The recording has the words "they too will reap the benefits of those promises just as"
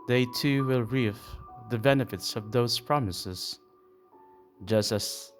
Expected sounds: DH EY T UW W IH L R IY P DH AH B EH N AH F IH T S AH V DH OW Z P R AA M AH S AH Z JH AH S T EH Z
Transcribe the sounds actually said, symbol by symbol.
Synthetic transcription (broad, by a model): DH EY T UW W IH L R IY F DH AH B EH N AH F IH T S AH V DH OW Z P R AA M AH S AH Z JH AH S T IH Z